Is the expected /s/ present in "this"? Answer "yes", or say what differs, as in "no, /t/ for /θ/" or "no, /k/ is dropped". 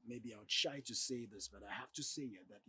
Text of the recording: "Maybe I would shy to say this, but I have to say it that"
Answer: yes